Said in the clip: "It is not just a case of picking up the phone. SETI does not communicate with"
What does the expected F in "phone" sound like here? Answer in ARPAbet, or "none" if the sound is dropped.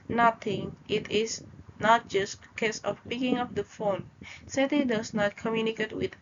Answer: F